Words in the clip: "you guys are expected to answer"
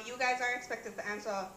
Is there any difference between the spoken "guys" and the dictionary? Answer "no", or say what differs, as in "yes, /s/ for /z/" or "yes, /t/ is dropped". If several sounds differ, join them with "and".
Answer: no